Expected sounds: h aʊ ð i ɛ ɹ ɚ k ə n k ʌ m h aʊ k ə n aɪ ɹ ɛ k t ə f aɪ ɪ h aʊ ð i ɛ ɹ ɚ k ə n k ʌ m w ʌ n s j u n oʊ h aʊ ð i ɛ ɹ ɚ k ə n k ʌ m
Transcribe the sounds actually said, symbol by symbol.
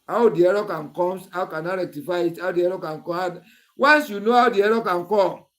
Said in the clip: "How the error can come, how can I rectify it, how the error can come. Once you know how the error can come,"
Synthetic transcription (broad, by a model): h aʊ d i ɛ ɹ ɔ k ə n k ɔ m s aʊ k ə n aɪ ɹ ɛ k t ə f aɪ ɪ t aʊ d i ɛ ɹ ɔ k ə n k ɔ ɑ w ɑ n s j u n oʊ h aʊ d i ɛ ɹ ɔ k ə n k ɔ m